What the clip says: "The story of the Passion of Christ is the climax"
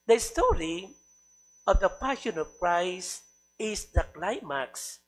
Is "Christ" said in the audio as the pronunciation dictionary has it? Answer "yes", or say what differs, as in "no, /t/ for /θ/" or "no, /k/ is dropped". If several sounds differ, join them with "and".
no, /t/ is dropped